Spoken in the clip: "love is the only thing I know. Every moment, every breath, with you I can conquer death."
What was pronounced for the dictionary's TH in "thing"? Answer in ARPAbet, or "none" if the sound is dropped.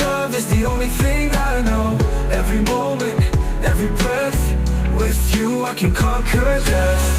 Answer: TH